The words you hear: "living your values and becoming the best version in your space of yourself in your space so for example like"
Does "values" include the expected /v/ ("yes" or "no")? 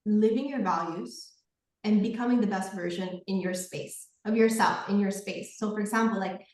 yes